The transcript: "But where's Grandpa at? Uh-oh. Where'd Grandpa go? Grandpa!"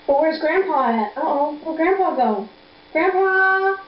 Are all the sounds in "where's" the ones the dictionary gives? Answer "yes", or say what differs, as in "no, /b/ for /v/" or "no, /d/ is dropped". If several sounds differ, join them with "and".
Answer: yes